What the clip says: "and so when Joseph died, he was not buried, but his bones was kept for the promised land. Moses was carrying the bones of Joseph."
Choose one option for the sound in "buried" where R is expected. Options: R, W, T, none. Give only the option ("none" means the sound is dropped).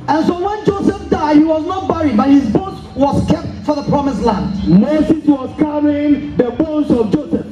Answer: R